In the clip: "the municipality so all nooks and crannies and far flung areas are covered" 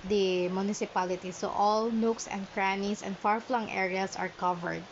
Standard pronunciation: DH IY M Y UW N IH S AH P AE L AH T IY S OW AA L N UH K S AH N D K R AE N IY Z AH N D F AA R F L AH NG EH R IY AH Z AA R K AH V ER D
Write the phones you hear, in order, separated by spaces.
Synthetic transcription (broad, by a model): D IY M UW N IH S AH P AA L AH T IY S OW AA L N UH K S AH N D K R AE N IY S AH N D F AA R F L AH NG EH R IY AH S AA R K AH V ER D